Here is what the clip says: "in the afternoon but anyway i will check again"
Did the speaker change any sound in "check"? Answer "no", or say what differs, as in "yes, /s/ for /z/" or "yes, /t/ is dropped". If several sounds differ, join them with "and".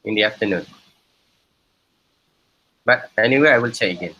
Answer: yes, /k/ is dropped